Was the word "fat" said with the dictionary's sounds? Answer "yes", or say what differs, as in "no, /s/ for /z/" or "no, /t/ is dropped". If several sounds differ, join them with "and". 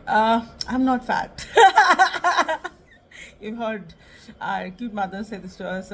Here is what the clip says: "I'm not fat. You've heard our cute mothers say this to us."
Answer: yes